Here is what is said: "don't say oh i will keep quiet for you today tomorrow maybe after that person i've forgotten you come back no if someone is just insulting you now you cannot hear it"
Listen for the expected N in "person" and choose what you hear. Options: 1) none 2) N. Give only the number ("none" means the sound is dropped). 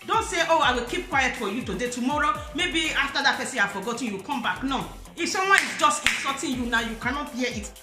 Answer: 1